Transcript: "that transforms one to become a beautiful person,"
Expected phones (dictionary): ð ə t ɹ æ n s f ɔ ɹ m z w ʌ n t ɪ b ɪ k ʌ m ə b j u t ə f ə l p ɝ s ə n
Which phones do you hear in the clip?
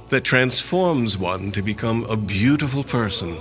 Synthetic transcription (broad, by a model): ð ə t ɹ æ n s f ɔ ɹ m z w ʌ n t ɪ b ɪ k ʌ m ə b j u t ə f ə l p ɝ s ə n